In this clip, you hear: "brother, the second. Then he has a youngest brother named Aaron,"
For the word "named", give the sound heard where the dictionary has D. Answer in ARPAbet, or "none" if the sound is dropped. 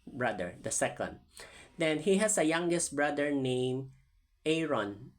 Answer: none